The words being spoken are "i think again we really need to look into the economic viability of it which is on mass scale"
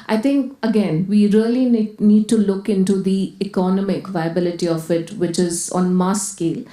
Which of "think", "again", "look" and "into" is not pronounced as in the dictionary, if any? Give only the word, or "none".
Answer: think